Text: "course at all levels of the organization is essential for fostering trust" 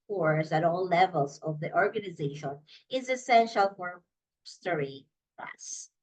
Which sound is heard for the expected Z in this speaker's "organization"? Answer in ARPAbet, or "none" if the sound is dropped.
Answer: Z